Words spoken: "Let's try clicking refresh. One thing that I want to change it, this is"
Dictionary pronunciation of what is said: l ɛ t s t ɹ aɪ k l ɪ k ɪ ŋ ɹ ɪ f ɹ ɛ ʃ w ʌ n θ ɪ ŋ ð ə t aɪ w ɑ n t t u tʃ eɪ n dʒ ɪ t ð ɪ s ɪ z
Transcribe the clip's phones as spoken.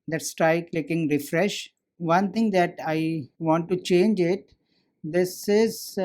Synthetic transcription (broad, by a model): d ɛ t s t ɹ aɪ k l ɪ k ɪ ŋ ɹ ɪ f ɹ ɛ ʃ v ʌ n t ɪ ŋ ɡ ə t aɪ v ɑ n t t u tʃ eɪ n dʒ ɪ t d ɪ s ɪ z